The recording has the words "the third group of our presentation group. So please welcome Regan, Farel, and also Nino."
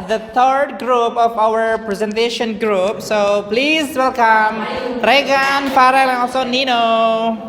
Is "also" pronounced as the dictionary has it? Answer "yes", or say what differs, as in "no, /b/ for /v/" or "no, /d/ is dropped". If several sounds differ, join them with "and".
no, /l/ is dropped